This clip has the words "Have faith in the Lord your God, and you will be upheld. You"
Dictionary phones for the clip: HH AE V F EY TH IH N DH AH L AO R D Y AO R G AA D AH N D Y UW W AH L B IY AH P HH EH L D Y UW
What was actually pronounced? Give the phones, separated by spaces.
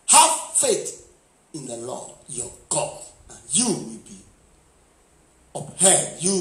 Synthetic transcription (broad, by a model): HH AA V F EY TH IH N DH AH L AO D Y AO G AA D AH N Y UW W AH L B IY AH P HH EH D Y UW